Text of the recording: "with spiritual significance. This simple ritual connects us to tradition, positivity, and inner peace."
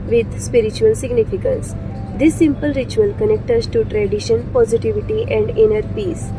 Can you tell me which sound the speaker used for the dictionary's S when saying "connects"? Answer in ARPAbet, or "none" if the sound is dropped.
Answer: none